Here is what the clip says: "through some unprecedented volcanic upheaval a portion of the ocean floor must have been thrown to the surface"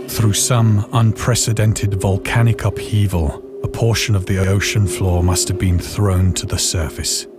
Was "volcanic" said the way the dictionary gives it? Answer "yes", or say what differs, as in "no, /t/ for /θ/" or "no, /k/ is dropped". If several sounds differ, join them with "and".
yes